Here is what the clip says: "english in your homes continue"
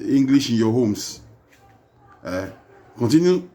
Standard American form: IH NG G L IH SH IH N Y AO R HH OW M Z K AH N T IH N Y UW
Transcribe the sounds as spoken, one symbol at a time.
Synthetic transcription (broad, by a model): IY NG G L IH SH IH N Y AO HH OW M S K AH N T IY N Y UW